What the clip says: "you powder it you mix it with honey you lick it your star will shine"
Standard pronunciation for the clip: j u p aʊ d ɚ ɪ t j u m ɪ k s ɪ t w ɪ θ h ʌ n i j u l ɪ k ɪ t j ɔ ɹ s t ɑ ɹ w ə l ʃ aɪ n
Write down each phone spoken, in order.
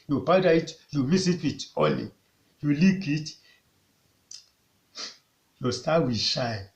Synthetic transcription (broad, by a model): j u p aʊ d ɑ ɪ t j u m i s ɪ t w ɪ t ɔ l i j u l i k ɪ t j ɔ s t ɑ w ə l ʃ aɪ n